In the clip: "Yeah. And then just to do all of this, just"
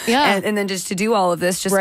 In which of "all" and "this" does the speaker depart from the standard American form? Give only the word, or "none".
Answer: none